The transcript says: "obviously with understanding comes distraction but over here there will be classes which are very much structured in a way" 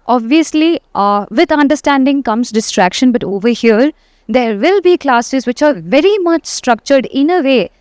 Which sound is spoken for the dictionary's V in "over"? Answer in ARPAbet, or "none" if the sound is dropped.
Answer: V